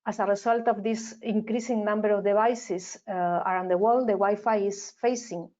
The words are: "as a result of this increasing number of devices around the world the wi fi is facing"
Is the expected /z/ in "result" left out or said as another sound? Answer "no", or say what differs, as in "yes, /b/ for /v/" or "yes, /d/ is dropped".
yes, /s/ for /z/